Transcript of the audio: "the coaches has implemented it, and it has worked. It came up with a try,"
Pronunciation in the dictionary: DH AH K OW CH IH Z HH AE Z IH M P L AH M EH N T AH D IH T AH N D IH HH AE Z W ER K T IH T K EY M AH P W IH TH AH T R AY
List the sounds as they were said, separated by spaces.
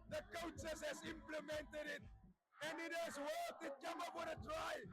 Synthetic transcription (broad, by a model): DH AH K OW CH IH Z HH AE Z IH M P L AH M EH N T AH D IH T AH N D IH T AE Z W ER T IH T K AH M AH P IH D AH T R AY